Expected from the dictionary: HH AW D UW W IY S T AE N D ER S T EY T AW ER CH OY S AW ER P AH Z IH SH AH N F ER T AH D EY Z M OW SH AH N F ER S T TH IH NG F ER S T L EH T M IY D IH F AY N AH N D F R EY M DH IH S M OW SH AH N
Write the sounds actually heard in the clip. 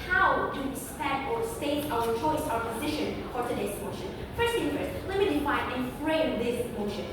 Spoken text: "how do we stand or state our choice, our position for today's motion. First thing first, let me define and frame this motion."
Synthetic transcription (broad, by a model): HH AW D UW W IY S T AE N ER S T EY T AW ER CH OY S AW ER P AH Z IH SH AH N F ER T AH D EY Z M OW SH AH N F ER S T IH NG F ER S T L EH T M IY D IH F AY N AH N F R EY M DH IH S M OW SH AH N